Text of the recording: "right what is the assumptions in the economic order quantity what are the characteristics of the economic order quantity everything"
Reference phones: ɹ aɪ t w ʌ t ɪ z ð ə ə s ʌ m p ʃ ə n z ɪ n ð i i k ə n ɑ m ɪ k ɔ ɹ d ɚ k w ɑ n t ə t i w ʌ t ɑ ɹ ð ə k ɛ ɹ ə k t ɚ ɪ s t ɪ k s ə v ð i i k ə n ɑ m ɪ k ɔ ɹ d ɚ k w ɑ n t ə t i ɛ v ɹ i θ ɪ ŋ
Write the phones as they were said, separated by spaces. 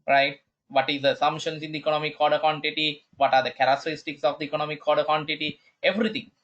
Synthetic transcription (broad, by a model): ɹ aɪ t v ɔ t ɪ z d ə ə s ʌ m ʃ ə n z ɪ n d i i k ə n ɑ m ɪ k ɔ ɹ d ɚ k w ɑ n t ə t i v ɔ t ɑ ɹ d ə k ɛ ɹ ə k t ɚ ɪ s t ɪ k s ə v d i i k ə n ɑ m ɪ k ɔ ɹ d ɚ k w ɑ n t ə t i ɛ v ɹ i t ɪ ŋ